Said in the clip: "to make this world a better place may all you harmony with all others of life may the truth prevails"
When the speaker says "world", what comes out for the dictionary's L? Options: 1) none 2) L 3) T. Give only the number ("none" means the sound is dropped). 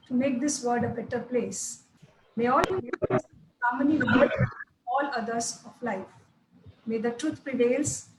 1